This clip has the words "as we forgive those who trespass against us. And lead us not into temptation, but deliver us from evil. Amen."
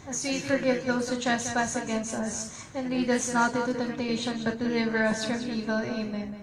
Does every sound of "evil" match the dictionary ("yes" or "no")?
yes